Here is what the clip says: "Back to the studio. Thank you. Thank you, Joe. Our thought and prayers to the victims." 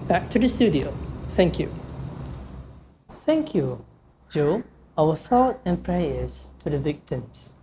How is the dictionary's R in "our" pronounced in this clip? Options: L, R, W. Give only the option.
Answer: W